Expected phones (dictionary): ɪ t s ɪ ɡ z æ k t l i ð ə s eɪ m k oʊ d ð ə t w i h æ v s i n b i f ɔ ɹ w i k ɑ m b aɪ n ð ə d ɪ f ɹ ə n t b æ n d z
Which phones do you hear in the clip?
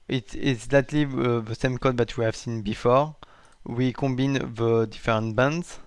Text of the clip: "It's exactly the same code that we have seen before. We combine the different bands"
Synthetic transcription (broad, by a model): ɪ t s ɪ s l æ t l i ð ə s eɪ m k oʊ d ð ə t w i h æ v s i n b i f ɔ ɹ w i k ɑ b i n ð ə d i f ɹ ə n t b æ n d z